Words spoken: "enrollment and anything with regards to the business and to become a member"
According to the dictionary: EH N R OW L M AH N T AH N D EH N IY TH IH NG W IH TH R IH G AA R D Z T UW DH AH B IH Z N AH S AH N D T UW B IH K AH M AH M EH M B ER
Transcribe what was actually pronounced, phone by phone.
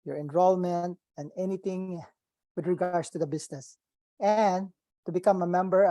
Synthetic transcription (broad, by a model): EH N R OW L M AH N T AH N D EH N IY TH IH NG W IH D R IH G AA R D S T UW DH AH B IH S N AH S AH N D T UW B IH K AH M AH M EH M B ER